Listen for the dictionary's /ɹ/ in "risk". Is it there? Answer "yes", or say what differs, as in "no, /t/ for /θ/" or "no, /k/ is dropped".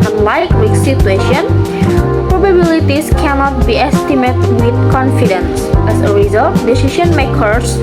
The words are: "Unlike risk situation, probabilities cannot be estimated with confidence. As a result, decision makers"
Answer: no, /w/ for /ɹ/